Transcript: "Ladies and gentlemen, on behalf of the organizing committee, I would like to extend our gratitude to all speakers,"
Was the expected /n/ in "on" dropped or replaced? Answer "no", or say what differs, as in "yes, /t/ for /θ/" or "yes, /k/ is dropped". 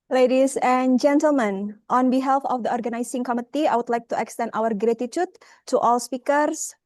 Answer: no